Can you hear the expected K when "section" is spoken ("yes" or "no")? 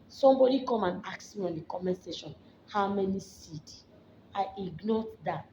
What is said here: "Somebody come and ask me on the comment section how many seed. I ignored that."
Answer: no